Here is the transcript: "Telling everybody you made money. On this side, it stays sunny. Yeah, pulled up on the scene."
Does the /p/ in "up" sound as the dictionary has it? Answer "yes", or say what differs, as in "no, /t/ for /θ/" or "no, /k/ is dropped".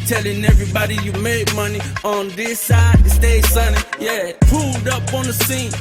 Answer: yes